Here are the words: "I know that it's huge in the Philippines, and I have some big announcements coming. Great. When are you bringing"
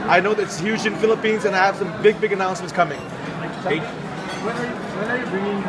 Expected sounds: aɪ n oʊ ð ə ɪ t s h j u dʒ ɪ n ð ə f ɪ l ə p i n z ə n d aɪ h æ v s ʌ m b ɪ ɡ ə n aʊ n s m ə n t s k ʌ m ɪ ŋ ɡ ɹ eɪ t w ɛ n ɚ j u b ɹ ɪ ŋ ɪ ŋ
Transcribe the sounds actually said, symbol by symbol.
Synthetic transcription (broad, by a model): aɪ n oʊ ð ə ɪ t s h j u dʒ ɪ n f ɪ l ə p i n z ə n aɪ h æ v s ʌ m b ɪ ɡ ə n aʊ n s m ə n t s k ʌ m ɪ ŋ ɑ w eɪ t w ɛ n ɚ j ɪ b ɹ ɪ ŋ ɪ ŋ